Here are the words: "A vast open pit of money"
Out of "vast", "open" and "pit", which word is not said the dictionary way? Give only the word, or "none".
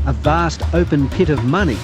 none